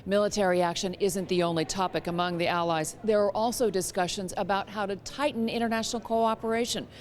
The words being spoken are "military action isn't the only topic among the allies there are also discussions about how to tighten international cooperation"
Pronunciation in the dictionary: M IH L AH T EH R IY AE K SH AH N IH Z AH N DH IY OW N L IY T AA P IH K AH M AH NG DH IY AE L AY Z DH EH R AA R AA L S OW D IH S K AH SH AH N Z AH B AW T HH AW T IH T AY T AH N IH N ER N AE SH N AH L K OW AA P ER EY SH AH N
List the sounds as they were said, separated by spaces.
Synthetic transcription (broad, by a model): M IH L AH T EH R IY AE K SH AH N IH Z AH N DH IY OW N L IY T AA P IH K AH M AH NG DH IY AE L AY Z DH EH R R AA L S OW D IH S K AH SH AH N Z AH B AW T HH AW T IH T AY T N IH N ER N AE SH N L K OW AA P ER EY SH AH N